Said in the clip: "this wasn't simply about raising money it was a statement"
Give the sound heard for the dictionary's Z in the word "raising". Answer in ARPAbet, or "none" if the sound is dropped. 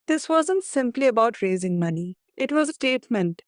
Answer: Z